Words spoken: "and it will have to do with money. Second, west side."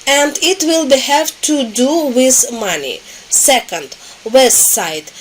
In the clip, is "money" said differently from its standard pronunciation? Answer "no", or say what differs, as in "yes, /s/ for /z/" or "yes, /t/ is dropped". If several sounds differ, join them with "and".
no